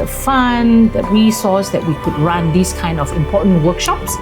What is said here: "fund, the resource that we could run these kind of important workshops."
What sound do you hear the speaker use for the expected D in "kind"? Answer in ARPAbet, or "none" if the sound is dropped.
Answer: D